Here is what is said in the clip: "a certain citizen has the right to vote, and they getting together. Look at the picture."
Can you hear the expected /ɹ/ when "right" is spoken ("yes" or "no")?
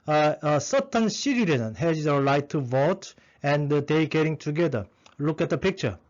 no